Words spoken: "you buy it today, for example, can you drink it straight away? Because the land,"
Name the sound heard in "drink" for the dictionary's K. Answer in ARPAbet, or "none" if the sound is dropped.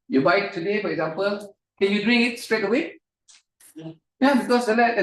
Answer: none